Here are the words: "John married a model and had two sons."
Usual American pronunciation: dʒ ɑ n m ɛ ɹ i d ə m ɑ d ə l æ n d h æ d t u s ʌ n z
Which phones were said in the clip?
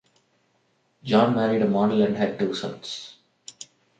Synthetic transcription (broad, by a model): dʒ ɑ n m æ ɹ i d ə m ɑ d ə l æ n d h æ d t u s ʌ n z